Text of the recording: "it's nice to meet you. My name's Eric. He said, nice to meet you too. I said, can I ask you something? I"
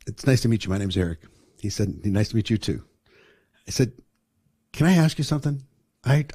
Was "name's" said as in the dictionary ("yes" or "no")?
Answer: no